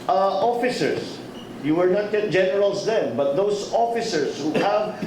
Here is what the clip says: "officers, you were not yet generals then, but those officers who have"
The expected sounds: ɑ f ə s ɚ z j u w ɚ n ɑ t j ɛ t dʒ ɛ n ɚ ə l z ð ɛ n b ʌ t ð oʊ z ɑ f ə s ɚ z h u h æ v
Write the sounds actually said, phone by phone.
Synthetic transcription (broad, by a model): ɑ f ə s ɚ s j u w ɚ n ɑ t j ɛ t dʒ ɛ n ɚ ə l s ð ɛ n b ʌ t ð oʊ s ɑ f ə s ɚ s h u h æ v